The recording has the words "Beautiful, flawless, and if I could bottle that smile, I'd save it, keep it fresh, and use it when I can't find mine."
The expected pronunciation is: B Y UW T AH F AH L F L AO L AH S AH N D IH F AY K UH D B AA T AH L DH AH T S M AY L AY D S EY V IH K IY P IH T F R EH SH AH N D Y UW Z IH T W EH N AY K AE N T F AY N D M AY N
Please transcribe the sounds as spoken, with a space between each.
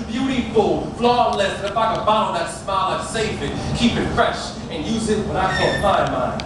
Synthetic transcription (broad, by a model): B Y UW T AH F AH L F L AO L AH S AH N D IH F AY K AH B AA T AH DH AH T S M AY L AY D S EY F IH K IY P IH T F R EH SH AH N Y UW Z IH T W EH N AY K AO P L AY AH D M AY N